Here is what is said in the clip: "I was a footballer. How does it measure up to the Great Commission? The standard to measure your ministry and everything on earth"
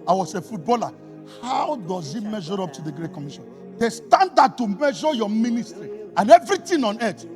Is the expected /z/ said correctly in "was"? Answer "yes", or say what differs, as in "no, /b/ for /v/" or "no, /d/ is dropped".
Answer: no, /s/ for /z/